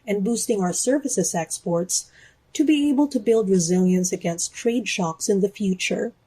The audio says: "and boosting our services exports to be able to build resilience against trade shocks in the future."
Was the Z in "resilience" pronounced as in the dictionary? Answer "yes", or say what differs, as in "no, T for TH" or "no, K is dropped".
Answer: yes